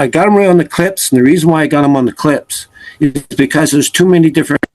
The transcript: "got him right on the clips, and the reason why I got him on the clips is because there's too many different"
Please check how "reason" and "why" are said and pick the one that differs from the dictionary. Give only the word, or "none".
none